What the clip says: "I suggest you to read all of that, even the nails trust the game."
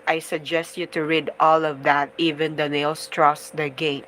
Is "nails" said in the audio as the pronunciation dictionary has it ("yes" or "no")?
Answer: no